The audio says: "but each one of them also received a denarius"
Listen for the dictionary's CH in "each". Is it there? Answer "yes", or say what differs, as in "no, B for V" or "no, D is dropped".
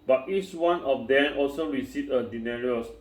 yes